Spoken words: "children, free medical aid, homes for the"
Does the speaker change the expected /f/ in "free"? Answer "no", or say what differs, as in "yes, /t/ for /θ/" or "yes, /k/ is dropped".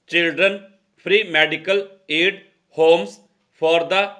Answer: yes, /p/ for /f/